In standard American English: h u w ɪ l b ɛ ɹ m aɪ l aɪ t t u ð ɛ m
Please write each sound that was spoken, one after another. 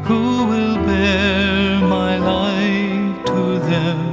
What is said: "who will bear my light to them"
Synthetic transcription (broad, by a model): h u w ɪ l b ɛ ɹ m aɪ l aɪ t t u ð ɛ m